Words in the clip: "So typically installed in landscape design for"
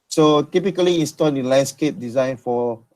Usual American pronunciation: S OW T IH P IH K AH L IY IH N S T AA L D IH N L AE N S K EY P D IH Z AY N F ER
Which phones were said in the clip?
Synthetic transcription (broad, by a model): S OW T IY P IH K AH L IY IH N S T AA L D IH L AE N S K EY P D IH Z AY N F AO